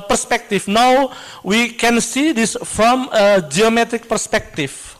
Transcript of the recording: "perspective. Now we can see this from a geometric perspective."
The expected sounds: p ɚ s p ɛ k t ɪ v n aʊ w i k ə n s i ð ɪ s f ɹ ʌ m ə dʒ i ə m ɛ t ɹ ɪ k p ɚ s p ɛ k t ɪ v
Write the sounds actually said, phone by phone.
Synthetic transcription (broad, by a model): p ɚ s p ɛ k t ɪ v n aʊ w i k ə n s i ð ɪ s f ɹ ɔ m ə dʒ i ə m ɛ t ɹ ɪ k p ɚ s p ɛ k t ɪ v